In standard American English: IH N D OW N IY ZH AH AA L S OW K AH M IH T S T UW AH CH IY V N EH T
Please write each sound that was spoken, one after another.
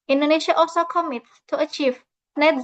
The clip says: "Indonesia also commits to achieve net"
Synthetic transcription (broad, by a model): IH N D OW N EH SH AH AA L S OW K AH M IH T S T UW AH CH IY V N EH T